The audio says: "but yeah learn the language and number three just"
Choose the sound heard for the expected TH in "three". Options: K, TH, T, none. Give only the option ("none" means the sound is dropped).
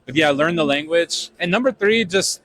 TH